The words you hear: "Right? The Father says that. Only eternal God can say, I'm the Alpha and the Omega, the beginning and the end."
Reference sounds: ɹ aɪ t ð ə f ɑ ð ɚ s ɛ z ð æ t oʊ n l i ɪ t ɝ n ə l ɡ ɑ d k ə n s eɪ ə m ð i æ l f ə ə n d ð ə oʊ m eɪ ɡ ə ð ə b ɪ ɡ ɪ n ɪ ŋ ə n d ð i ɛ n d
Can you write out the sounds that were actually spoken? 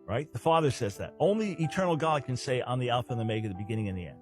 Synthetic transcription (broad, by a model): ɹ aɪ t ð ə f ɑ ð ɚ s ɛ z ð æ t oʊ n l i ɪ t ɝ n l ɡ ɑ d k ə n s eɪ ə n ð i æ l f ə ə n ð ə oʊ m eɪ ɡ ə ð ə b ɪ ɡ ɪ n ɪ ŋ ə n ð i ɛ n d